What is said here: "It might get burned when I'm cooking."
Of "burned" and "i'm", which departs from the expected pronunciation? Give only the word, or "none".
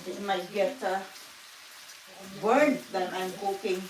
burned